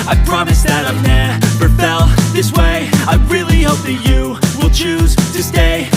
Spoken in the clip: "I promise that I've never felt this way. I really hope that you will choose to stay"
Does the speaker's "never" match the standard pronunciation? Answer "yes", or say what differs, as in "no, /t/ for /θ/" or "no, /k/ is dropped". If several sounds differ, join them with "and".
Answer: no, /b/ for /v/